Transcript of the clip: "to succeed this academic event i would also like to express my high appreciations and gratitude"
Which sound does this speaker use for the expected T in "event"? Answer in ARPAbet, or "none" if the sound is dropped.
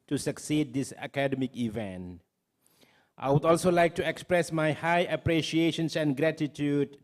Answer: T